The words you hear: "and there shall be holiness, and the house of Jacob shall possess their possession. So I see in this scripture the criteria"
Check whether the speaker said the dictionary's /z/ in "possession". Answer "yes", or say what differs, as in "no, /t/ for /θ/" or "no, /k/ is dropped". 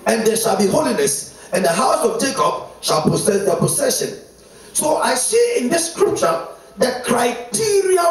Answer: no, /s/ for /z/